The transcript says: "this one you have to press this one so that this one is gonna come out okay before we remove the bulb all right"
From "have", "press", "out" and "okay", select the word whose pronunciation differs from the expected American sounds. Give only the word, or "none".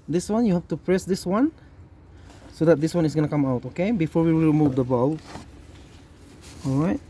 have